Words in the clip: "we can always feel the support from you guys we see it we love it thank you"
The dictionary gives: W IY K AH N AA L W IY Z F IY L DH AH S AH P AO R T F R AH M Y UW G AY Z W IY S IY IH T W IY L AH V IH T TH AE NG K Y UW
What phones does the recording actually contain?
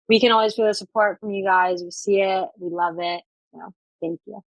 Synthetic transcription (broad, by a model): W IY K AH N AA L W IY Z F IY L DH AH S AH P AO R T F R AH M Y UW G AY Z W IY S IY IH T W IY L AH V IH T TH AE NG K Y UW